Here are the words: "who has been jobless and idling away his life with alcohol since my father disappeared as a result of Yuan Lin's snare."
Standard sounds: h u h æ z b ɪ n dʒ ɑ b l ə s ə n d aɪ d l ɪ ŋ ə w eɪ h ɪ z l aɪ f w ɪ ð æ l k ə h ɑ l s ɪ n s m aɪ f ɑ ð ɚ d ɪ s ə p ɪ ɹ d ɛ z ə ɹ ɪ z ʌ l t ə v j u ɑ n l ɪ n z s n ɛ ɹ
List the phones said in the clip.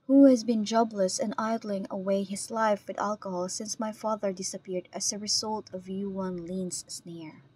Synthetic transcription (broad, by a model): h u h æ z b ɪ n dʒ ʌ b l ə s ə n aɪ d l ɪ ŋ ə w eɪ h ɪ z l aɪ f w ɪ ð æ l k ə h ɑ l s ɪ n s m aɪ f ɑ ð ɚ d ɪ s ə p ɪ ɹ d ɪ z ə ɹ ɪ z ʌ l t ə v j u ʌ n l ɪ n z s n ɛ ɹ